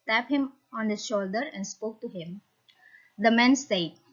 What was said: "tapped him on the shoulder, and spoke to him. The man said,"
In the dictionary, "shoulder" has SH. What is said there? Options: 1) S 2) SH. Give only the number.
2